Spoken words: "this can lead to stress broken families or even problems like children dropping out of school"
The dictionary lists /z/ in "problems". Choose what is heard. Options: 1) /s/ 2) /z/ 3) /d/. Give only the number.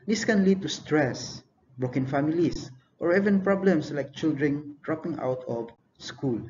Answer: 1